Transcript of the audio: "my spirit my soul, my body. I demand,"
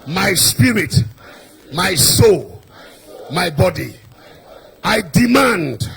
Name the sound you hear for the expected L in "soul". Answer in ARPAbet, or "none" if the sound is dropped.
L